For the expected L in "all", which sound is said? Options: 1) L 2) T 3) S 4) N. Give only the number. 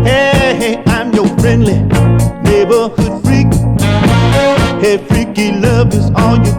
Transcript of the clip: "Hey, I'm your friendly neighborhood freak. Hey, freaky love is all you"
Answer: 1